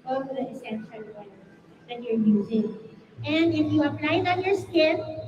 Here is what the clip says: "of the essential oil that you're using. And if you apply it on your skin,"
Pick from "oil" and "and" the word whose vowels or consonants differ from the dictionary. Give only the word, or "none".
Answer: oil